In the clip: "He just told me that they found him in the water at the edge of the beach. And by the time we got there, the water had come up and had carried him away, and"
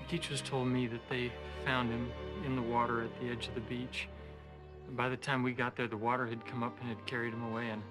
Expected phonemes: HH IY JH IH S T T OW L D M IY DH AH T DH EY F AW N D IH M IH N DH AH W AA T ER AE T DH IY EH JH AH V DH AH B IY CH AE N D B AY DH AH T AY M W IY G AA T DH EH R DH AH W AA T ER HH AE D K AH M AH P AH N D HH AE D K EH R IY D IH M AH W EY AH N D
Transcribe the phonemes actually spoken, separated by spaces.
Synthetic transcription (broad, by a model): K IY CH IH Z T OW L D M IY DH AH T DH EY F AW N D IH M IH N DH AH W AA T ER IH T DH IY EH JH AH V DH AH B IY CH B AY DH AH T AY M W IY G AA T DH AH R DH AH W AA T ER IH D K AH M AH P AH N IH D K EH R IY D IH M AH W EY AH N